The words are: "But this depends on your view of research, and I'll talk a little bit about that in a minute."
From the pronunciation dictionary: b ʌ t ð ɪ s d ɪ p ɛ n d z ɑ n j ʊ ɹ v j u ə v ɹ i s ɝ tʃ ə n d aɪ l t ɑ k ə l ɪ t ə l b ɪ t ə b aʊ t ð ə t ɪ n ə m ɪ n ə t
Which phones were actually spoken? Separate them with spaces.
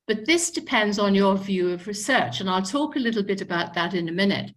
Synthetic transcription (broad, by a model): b ʌ t ð ɪ s d ɪ p ɛ n d z n j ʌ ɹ v j u ə v ɹ i s ɝ tʃ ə n aɪ l t ɑ k ə l ɪ t l b ɪ t ə b aʊ t ð ə t ɪ n ə m ɪ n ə t